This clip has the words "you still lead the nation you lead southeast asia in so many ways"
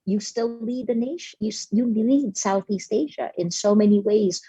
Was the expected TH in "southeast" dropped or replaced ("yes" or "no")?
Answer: no